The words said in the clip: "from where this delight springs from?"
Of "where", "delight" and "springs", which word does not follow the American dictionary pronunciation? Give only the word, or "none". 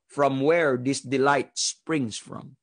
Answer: springs